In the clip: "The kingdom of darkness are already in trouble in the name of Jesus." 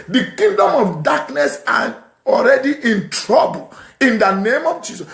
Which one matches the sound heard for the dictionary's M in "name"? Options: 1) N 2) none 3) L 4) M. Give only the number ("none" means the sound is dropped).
4